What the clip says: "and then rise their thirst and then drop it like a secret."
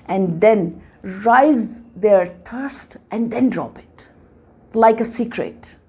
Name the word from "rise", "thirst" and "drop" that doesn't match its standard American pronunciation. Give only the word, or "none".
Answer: thirst